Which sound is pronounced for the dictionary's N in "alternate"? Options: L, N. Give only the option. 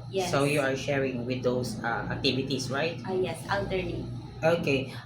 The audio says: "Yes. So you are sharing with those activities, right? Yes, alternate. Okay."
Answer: L